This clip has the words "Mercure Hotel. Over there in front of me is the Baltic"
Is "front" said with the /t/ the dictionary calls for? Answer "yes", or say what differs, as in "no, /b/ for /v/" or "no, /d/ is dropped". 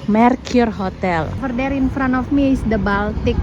no, /t/ is dropped